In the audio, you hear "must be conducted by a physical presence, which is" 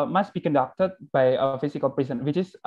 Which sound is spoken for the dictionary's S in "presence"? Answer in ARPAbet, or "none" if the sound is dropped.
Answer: none